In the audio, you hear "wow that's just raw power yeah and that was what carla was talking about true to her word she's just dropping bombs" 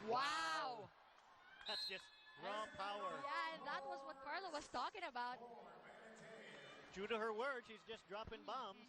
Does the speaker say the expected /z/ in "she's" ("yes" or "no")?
yes